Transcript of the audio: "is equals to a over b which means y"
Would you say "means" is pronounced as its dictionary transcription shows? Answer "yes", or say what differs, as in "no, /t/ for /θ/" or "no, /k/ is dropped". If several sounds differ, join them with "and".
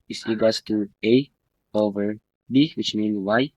no, /z/ is dropped